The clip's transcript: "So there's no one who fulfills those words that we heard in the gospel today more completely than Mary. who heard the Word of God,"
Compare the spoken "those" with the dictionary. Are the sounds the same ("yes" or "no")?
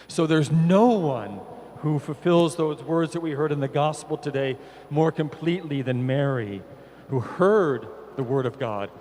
yes